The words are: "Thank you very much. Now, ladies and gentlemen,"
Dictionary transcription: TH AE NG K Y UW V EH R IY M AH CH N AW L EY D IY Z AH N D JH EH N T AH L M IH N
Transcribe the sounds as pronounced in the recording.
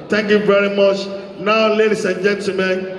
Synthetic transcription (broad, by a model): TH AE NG K Y UW V EH R IY M AH CH N AW L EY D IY S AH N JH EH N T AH M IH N